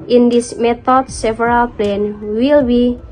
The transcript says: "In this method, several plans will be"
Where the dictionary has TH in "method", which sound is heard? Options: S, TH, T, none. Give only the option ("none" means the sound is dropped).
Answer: T